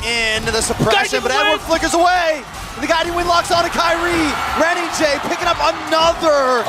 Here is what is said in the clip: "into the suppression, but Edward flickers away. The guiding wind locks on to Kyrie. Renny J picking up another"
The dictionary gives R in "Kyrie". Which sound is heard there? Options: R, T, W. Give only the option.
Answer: R